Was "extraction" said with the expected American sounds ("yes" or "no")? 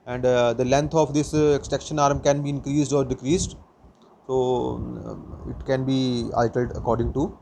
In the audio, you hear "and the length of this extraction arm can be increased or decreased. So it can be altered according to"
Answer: no